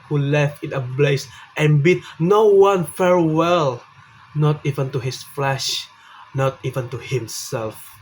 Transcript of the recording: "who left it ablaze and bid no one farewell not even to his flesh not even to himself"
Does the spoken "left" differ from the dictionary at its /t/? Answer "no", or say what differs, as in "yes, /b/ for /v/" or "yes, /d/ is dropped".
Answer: no